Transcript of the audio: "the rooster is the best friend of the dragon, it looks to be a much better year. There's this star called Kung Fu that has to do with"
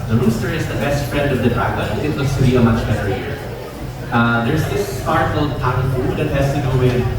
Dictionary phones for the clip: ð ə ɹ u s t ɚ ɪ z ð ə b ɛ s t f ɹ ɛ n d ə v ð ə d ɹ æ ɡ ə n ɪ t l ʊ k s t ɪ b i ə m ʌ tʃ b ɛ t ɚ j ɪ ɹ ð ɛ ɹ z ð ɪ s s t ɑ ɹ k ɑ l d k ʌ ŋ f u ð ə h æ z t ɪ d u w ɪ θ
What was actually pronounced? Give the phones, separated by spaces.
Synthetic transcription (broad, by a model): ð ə ɹ u s t ɚ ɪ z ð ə b ɛ s t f ɹ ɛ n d ə v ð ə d ɹ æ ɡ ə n ɪ t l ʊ s t ɪ b i ə m ʌ tʃ b ɛ t ɚ j ɪ ɹ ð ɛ ɹ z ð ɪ s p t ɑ ɹ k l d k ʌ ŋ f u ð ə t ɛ s t ɪ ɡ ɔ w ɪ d